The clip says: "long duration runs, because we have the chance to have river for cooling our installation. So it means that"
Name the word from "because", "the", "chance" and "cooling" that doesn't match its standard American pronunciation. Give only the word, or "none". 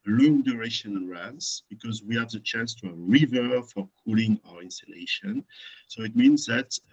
none